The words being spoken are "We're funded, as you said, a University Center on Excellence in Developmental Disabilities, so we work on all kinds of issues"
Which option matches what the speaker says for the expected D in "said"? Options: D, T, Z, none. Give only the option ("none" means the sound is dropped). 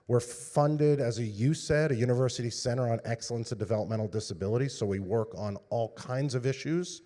D